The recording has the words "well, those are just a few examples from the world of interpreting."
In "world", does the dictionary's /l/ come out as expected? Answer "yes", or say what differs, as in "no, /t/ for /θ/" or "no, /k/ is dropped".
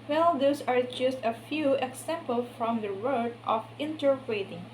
no, /l/ is dropped